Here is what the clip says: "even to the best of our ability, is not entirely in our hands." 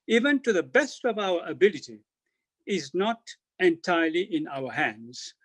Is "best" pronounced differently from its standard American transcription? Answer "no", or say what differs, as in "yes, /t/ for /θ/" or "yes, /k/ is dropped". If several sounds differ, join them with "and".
no